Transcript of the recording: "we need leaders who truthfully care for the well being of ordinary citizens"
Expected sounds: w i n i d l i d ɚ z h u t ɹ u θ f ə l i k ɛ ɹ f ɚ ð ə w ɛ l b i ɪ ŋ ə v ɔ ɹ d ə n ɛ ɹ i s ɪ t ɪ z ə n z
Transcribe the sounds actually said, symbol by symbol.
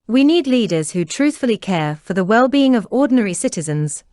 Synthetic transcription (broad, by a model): w i n i d l i d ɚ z h u t ɹ u θ f ə l i k ɛ f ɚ ð ə w ɛ l b i ɪ ŋ ə v ɔ d n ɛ ɹ i s ɪ t ɪ z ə n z